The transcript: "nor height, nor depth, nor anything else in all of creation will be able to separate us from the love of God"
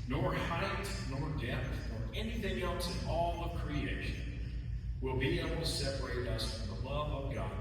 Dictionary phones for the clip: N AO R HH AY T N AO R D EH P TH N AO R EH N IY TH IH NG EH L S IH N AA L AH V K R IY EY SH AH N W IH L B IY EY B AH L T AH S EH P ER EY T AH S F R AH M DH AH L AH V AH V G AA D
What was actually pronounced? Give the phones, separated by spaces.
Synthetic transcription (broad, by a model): N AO R HH AY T N AO R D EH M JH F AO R EH N IY TH IH NG EH L S IH N AA L AH V K R IY EY SH AH N W IH L B IY EY B L T AH S EH P ER EY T AH S F R AH M DH AH L AH V AH V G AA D